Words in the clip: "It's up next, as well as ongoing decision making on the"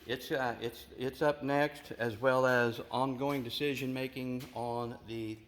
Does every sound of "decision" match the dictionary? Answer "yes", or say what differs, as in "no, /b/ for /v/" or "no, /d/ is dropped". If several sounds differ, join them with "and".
yes